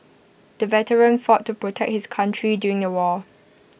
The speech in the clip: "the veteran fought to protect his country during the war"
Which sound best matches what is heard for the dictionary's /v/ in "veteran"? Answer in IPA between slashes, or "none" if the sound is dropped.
/v/